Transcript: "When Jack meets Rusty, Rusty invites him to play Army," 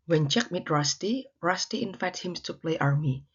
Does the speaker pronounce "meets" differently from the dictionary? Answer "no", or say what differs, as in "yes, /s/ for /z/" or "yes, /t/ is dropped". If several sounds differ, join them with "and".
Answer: yes, /s/ is dropped